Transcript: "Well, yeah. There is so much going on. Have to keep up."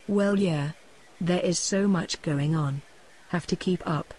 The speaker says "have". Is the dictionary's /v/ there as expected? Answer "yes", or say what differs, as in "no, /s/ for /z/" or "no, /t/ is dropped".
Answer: no, /f/ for /v/